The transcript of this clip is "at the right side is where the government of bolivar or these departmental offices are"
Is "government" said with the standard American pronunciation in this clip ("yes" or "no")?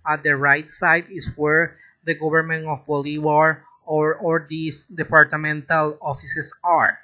no